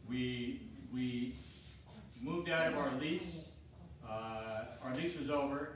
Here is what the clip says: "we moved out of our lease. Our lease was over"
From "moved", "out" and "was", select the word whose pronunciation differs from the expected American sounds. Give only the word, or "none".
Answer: none